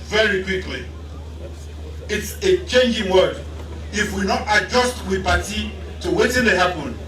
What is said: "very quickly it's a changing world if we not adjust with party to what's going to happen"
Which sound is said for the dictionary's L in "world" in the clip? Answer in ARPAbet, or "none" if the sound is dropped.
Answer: none